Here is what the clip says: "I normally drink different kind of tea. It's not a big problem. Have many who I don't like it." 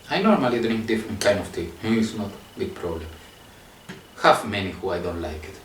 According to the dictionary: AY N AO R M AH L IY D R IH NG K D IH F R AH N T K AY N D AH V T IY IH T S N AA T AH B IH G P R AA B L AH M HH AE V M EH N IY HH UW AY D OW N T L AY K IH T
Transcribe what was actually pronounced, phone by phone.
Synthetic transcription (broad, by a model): AY N AO R M AH L IY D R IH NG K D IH F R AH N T K AY N D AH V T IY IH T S N AA T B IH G P R AA B L AH M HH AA F M EH N IY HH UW AY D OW N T L AY K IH T